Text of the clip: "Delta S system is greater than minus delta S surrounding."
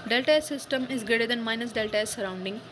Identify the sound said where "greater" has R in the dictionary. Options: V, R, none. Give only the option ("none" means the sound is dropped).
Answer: none